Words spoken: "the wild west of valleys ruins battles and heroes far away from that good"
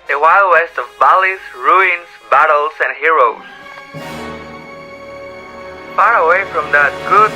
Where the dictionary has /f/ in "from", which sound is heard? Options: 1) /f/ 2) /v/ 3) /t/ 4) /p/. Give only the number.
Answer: 1